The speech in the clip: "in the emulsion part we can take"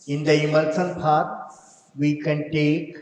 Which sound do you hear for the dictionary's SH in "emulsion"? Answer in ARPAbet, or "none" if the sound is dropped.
S